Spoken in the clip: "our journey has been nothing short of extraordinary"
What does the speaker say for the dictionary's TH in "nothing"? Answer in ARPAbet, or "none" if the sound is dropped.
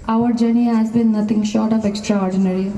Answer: T